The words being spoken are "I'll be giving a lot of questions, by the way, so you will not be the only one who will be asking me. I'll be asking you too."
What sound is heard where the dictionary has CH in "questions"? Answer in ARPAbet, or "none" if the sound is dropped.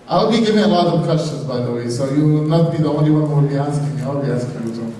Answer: CH